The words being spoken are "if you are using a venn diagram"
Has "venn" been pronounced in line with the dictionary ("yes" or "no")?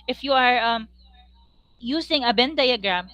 no